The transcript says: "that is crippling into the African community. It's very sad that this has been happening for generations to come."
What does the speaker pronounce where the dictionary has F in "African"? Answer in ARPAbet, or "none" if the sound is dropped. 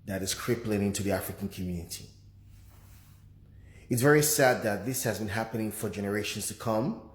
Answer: F